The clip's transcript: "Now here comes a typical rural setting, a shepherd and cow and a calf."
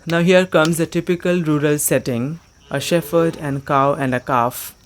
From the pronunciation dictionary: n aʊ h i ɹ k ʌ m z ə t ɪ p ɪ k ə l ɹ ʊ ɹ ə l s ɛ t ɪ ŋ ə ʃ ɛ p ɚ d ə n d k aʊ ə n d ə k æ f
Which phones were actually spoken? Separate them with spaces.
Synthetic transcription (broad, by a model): n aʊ h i ɹ k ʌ m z ə t ɪ p ɪ k ə l ɹ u ɹ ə l s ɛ t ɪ ŋ ə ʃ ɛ f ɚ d ə n d k aʊ ə n d ə k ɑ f